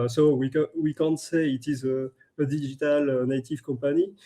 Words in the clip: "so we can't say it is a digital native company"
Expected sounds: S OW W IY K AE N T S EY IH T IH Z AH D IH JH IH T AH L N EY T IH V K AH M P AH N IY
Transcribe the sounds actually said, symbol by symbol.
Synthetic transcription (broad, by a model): S OW W IY K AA N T S EY IH T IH Z AH D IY ZH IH T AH L N EY T IH V K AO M P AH N IY